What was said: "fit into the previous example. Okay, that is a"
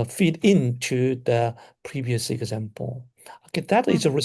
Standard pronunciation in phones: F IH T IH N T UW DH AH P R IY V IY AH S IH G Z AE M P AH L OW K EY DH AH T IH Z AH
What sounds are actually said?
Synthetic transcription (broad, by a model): F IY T IH N T UW DH AH P R IY V IY AH S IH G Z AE M P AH L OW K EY DH AH T IH Z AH